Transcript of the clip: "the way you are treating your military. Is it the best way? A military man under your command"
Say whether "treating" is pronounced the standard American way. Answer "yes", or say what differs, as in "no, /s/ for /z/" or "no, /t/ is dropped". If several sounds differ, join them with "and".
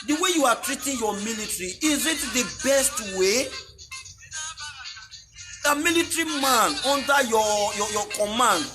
yes